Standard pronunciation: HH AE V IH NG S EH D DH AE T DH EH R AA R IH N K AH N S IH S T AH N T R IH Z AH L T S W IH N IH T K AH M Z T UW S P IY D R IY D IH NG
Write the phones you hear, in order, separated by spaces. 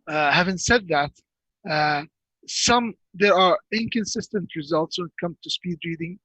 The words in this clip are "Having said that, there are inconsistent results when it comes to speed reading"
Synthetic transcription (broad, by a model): HH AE V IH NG S EH D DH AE T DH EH R AA R IH N K AH N S IH S T AH N T R IH Z AH L T S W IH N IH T K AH M T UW S P IY D R IY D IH NG